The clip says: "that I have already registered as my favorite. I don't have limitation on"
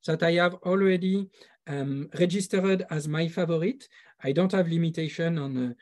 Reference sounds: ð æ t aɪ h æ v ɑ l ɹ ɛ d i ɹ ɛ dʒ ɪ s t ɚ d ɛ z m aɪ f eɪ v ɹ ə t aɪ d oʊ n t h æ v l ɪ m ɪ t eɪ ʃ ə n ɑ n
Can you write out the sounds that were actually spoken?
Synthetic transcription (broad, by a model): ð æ t aɪ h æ v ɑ l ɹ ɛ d i ɹ ɛ dʒ ɪ s t ɚ d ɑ z m aɪ f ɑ v ɹ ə t aɪ d oʊ n t h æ v l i m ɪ t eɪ ʃ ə n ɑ n